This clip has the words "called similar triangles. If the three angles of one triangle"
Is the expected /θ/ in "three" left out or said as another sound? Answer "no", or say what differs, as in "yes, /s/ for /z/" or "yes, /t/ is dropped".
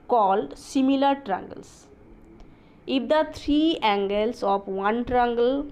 yes, /t/ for /θ/